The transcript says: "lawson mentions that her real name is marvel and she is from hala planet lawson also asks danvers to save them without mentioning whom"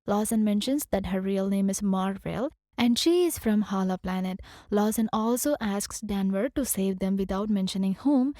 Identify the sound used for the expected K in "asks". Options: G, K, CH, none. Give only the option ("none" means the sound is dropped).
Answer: K